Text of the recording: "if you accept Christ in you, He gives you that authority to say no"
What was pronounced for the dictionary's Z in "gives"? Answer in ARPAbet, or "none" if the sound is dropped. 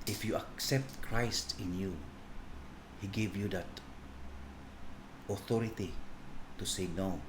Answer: none